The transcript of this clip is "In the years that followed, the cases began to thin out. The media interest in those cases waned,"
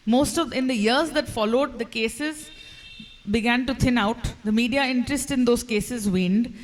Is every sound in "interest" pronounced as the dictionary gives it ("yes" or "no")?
yes